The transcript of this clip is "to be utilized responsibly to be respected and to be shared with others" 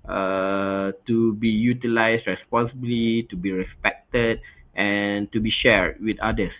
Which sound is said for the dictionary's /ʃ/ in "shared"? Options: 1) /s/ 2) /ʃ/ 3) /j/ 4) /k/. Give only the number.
2